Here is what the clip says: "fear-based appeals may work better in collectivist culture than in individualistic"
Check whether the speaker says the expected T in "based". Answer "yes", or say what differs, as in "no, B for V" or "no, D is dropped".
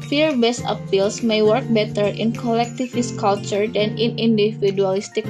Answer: no, T is dropped